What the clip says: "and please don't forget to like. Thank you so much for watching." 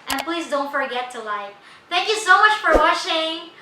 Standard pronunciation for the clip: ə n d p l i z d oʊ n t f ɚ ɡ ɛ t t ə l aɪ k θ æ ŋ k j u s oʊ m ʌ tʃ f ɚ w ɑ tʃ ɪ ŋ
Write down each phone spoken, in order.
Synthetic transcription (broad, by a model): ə n p l i z d oʊ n t f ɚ ɡ ɛ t t ə l aɪ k θ æ ŋ k j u s oʊ m ʌ tʃ f ɚ w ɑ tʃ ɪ ŋ